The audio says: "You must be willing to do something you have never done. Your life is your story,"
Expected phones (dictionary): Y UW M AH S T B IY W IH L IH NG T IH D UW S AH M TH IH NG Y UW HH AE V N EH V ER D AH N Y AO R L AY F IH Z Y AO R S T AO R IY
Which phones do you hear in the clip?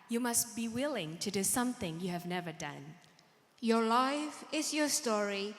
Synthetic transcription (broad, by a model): Y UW M AH S T B IY W IH L IH NG T IH D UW S AH M TH IH NG Y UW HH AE V N EH V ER D AH N Y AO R L AY F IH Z Y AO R S T AO R IY